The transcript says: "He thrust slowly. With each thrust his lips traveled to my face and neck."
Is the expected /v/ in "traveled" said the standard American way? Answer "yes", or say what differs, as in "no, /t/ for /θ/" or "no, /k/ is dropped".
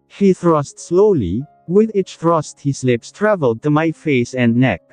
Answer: yes